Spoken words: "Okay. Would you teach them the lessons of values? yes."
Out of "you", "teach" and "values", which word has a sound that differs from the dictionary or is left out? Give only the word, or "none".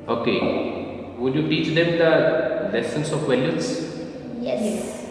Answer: values